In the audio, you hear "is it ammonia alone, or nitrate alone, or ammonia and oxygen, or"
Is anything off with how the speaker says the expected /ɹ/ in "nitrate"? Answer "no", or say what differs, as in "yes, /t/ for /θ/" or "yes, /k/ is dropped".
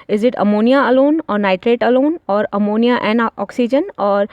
no